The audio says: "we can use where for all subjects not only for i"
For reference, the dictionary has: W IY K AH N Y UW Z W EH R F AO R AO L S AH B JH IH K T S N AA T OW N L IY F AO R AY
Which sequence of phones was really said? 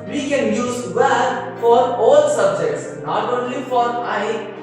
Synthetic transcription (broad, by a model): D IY K AH N Y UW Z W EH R F AO R AO L S AH B JH IH K T S N AA T OW N L IY F AO R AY